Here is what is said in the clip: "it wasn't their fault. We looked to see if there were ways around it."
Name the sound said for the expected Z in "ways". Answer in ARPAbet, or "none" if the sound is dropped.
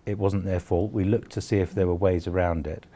Z